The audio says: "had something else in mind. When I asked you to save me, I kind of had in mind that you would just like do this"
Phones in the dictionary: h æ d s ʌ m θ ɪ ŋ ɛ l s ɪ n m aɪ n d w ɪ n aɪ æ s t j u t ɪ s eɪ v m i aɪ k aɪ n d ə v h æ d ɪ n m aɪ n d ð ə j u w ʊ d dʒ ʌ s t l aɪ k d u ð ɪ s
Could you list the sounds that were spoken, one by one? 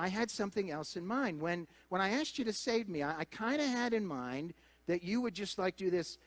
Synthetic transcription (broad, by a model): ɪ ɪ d s ʌ m θ ɪ ŋ ɛ l s ɪ n m aɪ n d w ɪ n aɪ æ s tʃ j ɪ t ɪ s eɪ v m i aɪ k aɪ n d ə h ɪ d ɪ n m aɪ n ð ə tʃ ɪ w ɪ d dʒ ʌ s t l aɪ k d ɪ ð ɪ s